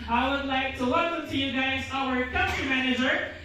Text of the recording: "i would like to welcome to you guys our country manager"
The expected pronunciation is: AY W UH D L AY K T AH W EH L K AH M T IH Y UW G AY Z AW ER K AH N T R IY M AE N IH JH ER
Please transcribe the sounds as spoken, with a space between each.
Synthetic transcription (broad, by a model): AY W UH D L AY K T AH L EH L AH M T IH Y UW G AY Z AW ER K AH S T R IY M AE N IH JH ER